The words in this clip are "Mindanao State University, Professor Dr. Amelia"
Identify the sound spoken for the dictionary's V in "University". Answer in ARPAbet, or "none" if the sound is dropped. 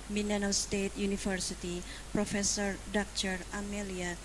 F